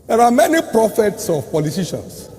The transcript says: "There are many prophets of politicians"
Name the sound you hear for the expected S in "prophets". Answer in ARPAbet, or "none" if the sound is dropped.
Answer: S